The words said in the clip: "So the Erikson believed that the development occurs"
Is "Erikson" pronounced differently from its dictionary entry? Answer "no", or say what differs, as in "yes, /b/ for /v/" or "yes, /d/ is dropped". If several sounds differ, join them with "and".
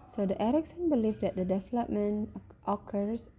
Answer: no